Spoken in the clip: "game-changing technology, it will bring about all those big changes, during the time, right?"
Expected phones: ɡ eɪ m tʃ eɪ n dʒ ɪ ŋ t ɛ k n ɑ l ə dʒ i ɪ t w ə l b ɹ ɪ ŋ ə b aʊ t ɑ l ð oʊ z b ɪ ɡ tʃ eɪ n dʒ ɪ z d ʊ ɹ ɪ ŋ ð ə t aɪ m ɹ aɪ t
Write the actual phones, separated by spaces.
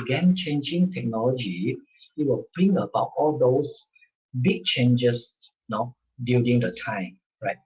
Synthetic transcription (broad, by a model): ɡ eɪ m tʃ eɪ n dʒ ɪ ŋ t ɛ k n ɑ l ə dʒ i ɪ t w ə l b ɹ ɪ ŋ ə b aʊ t ɑ l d oʊ s b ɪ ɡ tʃ eɪ n dʒ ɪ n d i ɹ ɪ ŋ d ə t aɪ m ɹ aɪ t